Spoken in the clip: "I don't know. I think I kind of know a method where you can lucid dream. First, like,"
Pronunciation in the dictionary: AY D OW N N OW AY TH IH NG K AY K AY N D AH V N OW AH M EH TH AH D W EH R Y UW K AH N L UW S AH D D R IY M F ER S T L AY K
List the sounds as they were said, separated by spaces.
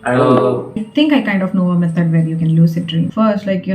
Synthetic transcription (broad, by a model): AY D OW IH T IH NG K AY K AY N D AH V N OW AH M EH T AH D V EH R Y UW K AH N L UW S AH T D R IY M F ER S T L AY K